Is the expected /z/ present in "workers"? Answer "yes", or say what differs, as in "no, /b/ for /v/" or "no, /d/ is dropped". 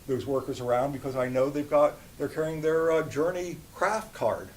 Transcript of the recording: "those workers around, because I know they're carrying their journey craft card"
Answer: yes